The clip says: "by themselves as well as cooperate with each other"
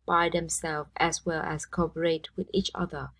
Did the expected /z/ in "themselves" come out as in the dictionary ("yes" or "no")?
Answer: no